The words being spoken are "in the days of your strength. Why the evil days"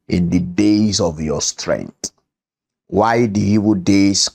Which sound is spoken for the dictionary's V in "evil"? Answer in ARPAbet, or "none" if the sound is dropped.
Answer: W